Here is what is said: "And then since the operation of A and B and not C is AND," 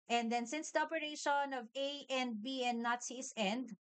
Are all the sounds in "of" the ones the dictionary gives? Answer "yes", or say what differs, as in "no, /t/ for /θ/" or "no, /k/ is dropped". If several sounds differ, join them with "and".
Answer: yes